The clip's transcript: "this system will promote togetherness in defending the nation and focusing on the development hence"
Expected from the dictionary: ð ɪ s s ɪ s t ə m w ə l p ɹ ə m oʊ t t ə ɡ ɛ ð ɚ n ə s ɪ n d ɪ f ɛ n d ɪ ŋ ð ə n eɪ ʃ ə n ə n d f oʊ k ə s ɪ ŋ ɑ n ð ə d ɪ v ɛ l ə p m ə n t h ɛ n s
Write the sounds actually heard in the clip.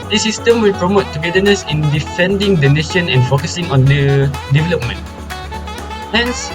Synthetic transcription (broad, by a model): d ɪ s s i s t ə m w ə l p ɹ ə m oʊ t t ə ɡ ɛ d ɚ n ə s ɪ n d ɪ f ɛ n d ɪ ŋ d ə n eɪ ʃ ə n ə n f oʊ k ə s ɪ ŋ ɑ n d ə d ɪ v ɛ l ə p m ə n t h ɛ n s